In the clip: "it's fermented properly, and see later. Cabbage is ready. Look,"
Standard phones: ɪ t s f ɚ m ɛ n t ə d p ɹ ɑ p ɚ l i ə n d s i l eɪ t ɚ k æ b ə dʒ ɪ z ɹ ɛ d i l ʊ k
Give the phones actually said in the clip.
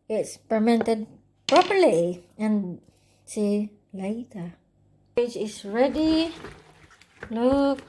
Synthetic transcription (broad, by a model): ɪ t s p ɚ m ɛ n t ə d p ɹ ɑ p ɚ l i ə n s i l eɪ t ɚ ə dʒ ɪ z ɹ ɛ d i l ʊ k